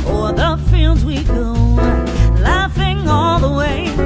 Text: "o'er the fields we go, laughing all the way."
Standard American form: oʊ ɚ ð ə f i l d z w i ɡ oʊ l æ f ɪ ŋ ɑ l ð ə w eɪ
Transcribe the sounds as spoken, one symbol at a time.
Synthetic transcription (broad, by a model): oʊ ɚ ð ə f i l d z w i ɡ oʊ l æ f ɪ ŋ ɑ l ð ə w eɪ